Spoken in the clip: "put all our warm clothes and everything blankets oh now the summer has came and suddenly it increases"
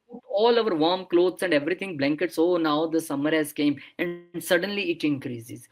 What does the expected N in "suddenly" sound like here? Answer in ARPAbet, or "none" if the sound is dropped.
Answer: N